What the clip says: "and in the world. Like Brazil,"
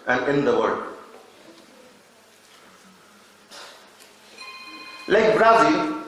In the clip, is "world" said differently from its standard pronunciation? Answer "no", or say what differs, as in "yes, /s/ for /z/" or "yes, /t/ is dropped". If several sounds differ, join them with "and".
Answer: yes, /l/ is dropped